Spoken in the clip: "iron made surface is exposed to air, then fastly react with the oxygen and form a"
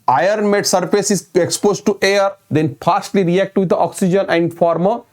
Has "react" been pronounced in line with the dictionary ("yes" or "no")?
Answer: yes